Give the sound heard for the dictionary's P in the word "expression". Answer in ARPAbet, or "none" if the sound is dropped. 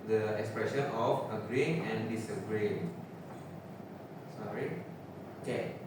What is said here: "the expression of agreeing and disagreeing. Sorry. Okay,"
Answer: P